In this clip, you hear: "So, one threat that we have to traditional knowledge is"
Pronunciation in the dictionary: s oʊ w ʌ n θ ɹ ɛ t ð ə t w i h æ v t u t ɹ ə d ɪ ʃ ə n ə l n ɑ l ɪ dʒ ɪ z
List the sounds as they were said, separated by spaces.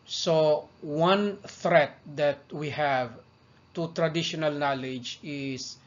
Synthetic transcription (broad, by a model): s oʊ w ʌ n θ ɹ ɛ t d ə t w i h æ v t u t ɹ ə d ɪ ʃ ə n ə l n ɑ l ɪ dʒ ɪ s